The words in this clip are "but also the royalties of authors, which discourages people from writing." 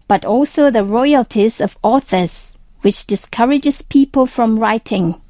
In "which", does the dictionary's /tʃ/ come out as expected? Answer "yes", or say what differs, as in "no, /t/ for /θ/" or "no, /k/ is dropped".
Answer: yes